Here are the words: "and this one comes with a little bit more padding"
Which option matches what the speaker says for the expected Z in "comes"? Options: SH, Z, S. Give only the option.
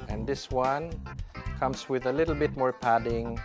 S